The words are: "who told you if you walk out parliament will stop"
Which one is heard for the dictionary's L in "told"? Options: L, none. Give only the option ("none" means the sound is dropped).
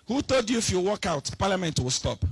none